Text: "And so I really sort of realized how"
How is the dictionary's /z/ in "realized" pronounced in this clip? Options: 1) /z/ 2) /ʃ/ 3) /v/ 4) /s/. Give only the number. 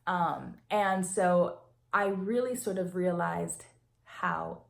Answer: 1